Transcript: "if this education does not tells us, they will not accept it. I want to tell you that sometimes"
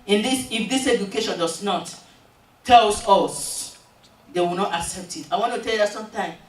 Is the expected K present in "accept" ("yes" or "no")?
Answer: yes